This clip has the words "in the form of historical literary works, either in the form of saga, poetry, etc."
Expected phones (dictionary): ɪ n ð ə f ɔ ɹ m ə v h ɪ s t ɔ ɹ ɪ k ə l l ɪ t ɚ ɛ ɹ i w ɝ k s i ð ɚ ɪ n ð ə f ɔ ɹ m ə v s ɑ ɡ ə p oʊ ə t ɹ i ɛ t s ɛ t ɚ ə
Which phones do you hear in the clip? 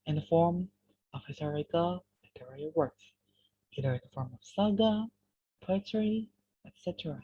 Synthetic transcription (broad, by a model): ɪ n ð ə f ɔ ɹ m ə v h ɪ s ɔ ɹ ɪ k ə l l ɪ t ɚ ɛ i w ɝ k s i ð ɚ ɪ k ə f ɔ ɹ m ə v s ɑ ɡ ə p oʊ ə t ɹ i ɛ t s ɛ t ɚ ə